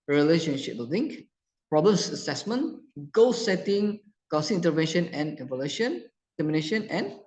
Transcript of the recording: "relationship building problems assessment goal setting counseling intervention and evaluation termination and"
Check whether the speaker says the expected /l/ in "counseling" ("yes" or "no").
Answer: no